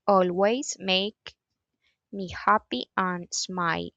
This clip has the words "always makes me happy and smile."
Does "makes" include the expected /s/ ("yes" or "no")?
no